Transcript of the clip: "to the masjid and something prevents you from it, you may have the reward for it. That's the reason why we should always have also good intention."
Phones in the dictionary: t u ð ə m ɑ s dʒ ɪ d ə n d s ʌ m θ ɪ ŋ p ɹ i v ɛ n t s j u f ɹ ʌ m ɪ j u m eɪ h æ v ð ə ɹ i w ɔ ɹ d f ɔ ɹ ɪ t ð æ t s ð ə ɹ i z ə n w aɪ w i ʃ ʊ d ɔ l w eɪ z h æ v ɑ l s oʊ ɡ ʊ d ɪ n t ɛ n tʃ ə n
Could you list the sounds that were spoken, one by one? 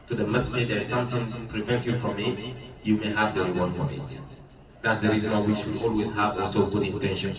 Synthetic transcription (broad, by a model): t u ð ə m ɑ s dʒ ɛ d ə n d s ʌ m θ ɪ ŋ p ɹ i v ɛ n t j u f ɹ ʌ m ɪ j u m eɪ h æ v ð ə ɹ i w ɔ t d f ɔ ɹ ɪ t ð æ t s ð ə ɹ i z ə n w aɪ w i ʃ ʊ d ɔ l w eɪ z h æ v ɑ s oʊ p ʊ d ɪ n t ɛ n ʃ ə n